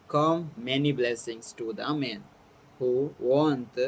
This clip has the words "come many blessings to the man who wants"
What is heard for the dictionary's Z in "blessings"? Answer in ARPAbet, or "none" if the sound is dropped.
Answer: S